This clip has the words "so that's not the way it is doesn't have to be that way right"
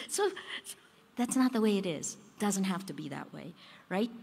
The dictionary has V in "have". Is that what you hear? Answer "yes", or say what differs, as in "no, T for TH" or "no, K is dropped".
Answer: no, F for V